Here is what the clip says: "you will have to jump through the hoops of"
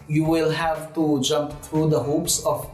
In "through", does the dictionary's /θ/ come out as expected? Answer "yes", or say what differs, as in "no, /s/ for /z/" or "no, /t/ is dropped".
no, /t/ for /θ/